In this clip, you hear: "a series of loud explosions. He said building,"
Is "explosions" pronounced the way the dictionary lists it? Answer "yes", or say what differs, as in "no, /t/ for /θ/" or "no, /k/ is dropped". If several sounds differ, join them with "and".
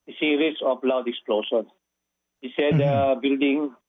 no, /ʃ/ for /ʒ/ and /z/ is dropped